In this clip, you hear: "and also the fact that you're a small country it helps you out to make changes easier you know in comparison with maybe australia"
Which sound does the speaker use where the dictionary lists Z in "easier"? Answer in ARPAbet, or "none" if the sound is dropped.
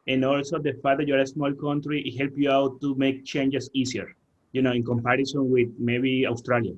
S